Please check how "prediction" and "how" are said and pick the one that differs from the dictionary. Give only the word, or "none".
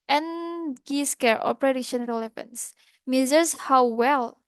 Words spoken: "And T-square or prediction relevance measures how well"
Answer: prediction